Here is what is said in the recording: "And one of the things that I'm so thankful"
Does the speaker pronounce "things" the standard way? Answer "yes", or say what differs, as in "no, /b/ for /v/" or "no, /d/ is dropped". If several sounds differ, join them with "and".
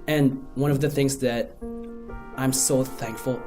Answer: yes